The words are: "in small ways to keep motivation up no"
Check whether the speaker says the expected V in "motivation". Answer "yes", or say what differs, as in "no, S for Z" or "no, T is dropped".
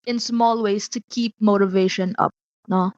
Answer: yes